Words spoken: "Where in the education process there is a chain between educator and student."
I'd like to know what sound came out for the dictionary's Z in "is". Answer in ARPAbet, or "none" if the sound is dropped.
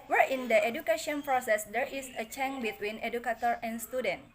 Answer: S